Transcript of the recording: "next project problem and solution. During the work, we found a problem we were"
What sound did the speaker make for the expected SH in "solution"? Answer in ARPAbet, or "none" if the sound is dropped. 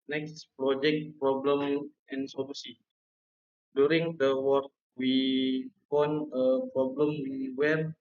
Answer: S